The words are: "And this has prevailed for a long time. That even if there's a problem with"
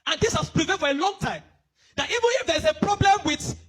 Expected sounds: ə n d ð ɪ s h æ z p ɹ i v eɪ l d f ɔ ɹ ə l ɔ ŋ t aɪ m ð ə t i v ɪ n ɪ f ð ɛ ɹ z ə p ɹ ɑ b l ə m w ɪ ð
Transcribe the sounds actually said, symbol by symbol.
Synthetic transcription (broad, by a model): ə n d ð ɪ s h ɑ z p ɹ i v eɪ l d f ɔ ɹ ə l ɔ ŋ t aɪ m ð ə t i v ɪ n ɪ f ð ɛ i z ə p ɹ ɑ b l ə m w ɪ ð